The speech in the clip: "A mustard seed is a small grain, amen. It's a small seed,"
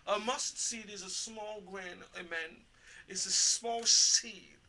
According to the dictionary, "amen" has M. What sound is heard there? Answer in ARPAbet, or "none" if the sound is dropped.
M